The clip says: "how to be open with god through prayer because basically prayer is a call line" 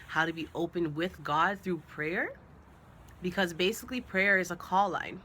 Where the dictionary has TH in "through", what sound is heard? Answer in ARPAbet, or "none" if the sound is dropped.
TH